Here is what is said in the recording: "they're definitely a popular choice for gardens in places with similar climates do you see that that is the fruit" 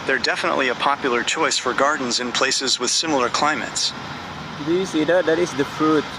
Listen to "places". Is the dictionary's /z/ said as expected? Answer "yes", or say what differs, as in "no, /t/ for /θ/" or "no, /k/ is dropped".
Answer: yes